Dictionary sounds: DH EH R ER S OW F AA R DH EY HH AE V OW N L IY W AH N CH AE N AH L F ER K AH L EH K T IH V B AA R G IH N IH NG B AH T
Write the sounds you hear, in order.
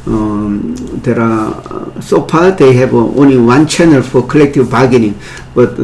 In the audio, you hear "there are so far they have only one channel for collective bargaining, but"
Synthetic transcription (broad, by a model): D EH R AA S OW P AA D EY HH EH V OW N L IY W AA N CH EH N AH L F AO K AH L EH K T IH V B AA G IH N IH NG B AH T